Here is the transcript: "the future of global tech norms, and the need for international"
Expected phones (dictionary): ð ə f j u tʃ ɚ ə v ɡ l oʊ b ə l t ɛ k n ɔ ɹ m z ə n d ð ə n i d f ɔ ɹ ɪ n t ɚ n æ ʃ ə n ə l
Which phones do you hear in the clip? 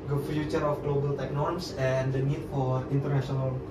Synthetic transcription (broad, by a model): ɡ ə f j u tʃ ɚ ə f ɡ l oʊ b ə l t ɛ k n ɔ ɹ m s ə n d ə n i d f ɔ ɹ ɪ n t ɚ n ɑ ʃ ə n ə l